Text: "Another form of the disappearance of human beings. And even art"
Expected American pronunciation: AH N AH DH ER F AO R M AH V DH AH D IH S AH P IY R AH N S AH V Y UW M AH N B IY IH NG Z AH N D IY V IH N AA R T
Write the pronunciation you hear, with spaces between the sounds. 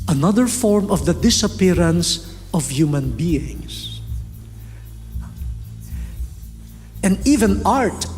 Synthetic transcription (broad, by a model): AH N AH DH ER F AO R M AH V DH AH D IH S AH P IY R AH N S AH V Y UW M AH N B IY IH NG S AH N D IY V IH N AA R T